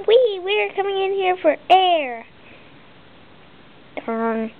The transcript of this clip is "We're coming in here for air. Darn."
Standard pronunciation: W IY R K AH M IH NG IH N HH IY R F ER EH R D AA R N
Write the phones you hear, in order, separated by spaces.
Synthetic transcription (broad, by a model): W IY R K AH M IH NG IH N HH IY R F ER EH R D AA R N